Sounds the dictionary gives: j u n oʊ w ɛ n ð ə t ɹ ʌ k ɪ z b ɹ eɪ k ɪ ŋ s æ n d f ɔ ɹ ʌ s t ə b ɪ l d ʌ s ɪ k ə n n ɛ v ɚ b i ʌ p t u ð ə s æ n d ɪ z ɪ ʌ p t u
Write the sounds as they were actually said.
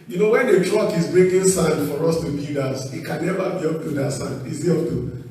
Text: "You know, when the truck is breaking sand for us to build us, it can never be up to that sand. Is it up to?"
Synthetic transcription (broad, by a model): j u n oʊ w ɛ n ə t ɹ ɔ k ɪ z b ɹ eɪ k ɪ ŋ s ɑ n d f ɔ ɹ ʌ s t ə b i d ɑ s ɪ k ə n n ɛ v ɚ b i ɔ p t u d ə s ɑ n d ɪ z ɪ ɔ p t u